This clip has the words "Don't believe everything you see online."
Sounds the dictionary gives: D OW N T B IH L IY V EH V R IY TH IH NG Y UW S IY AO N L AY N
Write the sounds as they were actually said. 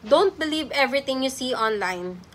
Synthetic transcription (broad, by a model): D OW N T B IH L IY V EH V R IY T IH NG Y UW S IY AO N L AY N